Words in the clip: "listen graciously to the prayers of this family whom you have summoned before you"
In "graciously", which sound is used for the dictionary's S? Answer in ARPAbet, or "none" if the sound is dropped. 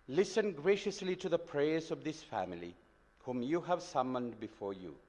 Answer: S